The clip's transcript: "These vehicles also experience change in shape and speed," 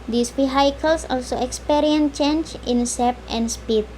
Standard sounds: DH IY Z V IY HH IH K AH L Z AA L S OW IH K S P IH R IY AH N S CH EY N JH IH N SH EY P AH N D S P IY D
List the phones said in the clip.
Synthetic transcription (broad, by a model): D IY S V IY HH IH K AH L S AA L S OW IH K S P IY R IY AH N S CH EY N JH IH N S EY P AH N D S P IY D